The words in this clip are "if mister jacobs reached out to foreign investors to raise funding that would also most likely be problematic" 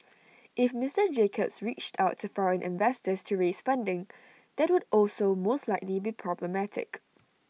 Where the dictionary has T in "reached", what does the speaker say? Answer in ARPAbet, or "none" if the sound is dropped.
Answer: T